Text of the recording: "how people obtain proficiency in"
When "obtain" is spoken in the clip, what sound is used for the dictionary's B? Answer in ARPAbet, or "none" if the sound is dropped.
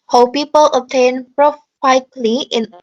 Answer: none